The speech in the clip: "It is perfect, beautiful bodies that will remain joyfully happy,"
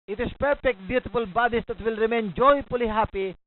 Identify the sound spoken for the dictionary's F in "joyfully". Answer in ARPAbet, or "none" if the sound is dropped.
P